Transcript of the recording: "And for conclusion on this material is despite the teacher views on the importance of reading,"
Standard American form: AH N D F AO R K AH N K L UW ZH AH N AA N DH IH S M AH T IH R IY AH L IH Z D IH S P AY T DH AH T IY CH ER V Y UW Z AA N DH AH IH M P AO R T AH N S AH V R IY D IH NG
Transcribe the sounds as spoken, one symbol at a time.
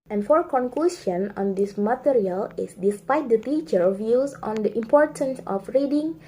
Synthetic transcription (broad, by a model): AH N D F AO R K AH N K L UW S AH N AA N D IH S M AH T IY R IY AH L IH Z D IH S P AY T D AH T IY CH ER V Y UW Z AA N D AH IH M P AO R T AH N S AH F R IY D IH NG